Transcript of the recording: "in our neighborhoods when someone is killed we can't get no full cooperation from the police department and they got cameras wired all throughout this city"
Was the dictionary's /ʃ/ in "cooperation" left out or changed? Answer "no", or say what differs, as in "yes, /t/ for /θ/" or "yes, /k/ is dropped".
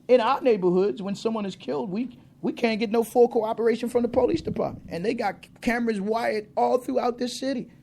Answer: no